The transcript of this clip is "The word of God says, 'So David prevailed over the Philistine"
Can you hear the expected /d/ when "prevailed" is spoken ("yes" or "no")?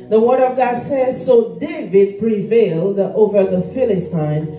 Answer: yes